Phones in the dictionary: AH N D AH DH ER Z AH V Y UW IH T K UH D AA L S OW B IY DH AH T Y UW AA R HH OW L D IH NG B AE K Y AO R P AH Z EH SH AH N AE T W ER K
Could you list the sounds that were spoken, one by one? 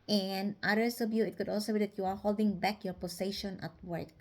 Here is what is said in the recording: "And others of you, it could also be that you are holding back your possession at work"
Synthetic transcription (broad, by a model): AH N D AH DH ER S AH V Y UW IH T K UH D AA L S OW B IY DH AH T Y UW AA R HH OW L D IH NG B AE K Y AO R P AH S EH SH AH N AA T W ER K